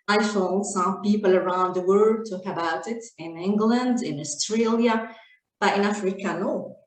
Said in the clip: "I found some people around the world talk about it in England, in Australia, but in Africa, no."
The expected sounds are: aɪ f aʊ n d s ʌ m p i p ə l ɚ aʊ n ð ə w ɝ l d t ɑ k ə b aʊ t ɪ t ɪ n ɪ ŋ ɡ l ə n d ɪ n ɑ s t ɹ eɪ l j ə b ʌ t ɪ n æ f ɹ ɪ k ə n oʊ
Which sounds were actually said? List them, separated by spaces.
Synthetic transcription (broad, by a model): aɪ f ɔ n s ʌ m p i p ə l ɚ aʊ n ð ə w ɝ d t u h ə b aʊ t ɪ t ɪ n ɪ ŋ ɡ l ə n d ɪ n ɑ s t ɹ eɪ l j ə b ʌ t ɪ n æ f ɹ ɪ k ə n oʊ